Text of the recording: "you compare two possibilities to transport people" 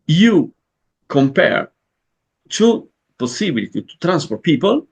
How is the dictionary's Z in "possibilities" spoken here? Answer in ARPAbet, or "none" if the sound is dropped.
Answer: none